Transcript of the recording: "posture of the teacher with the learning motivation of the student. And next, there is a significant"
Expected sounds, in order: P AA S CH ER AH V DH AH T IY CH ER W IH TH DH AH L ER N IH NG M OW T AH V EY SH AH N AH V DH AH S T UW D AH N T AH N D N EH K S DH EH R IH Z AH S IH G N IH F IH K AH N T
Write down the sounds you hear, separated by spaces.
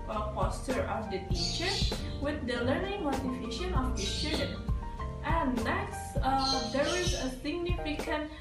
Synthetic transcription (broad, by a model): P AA S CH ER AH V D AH T IY CH ER W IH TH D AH L ER N IH NG M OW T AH F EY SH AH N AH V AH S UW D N T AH N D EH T S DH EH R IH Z AH S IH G N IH F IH K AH N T